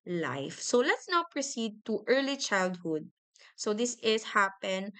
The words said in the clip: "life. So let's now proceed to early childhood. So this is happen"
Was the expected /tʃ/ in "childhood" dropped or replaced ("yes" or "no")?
no